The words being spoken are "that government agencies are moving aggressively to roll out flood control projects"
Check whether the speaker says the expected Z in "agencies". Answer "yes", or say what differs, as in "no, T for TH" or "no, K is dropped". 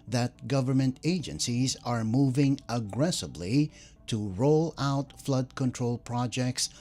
yes